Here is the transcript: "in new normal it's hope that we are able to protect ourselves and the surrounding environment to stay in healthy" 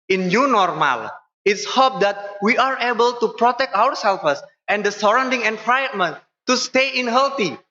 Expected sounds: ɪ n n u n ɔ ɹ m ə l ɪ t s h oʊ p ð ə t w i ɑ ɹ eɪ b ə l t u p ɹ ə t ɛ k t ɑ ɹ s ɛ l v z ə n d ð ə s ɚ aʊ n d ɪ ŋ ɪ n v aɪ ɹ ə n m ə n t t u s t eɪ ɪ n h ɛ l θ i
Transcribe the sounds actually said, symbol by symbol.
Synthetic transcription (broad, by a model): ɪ n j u n ɔ ɹ m ə l ɪ t s h oʊ p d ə t w i ɑ ɹ eɪ b ə l t u p ɹ ə t ɛ k t ɑ ɹ s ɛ l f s ə n d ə s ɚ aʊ n d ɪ ŋ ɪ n f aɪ ə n m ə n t t u s t eɪ ɪ n h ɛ l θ i